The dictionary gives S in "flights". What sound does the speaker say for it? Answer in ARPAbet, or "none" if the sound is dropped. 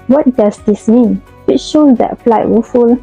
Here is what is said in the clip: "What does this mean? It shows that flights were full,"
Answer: none